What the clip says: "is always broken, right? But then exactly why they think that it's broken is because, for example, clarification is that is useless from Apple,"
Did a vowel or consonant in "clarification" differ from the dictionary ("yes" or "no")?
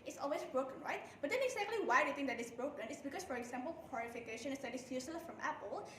yes